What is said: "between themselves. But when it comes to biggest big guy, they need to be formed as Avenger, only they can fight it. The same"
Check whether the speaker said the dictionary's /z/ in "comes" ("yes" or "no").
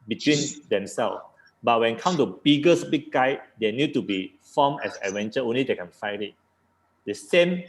no